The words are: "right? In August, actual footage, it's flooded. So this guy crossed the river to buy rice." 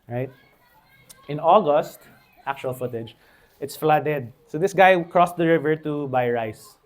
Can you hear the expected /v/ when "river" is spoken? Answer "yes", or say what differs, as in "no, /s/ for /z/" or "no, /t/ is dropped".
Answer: yes